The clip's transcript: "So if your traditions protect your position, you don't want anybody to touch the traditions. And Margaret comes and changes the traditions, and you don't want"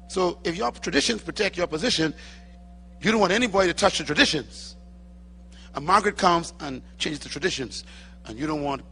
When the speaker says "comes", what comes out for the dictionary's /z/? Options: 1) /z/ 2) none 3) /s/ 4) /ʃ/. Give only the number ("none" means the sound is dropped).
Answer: 1